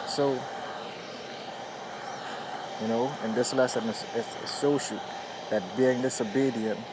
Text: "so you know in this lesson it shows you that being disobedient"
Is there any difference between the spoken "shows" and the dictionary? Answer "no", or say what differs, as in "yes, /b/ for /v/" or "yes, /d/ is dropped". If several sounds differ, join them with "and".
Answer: yes, /s/ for /ʃ/